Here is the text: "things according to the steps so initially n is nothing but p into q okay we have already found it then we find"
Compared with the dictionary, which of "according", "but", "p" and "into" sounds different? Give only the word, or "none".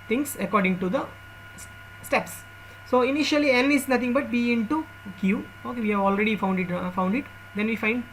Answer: p